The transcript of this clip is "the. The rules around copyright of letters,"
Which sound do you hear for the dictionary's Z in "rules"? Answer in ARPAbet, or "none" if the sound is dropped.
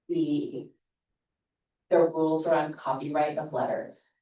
Z